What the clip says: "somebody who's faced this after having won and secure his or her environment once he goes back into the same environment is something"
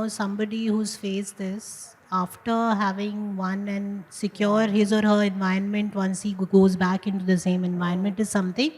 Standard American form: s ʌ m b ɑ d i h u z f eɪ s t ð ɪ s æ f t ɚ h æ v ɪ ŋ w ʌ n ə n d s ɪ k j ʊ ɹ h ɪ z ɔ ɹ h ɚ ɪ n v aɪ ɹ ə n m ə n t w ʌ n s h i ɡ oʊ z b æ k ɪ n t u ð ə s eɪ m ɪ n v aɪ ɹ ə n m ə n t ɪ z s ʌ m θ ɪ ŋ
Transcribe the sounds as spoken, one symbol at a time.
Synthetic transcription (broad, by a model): s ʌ m b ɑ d i h u z f eɪ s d ɪ s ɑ f t ɚ h æ v ɪ ŋ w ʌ n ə n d s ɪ k j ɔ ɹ h ɪ z ɔ ɹ h ɚ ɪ n v aɪ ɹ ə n m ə n t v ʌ n s h i ɡ oʊ z b æ k ɪ n t u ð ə s eɪ m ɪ n v aɪ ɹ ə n m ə n t ɪ z s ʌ m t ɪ ŋ